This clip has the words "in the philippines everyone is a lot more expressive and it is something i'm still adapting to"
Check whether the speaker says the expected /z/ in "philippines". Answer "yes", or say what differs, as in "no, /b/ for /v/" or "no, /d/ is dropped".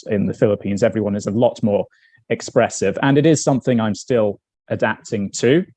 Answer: yes